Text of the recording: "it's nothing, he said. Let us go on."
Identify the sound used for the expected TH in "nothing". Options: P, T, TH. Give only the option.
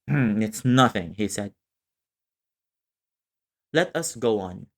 TH